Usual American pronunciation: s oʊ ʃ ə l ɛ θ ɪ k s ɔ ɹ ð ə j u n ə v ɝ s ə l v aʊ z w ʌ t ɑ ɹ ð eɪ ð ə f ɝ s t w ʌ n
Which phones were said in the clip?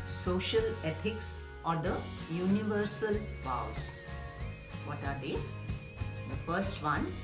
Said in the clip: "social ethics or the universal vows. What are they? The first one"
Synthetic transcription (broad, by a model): s oʊ ʃ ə l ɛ t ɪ k s ɔ ɹ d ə j u n ə v ɝ s ə l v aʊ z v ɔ t ɑ ɹ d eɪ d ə f ɝ s t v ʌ n